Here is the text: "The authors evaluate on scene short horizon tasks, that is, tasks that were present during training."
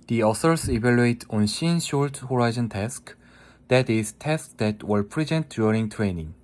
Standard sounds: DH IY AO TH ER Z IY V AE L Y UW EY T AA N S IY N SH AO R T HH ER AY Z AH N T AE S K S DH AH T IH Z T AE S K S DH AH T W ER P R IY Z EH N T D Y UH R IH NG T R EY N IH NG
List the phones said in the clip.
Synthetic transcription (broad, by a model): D IY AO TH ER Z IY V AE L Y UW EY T AA N SH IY N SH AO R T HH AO AY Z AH N T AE S K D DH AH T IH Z T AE S K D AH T W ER P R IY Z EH N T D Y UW R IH NG T R EY N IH NG